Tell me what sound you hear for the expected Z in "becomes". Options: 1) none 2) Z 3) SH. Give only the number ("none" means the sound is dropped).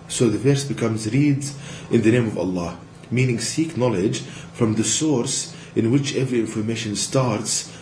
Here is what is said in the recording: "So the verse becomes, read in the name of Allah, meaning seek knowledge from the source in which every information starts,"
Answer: 2